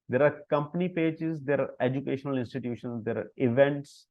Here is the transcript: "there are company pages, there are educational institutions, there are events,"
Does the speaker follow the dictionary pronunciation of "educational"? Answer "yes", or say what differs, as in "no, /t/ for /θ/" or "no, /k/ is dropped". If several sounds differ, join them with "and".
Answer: yes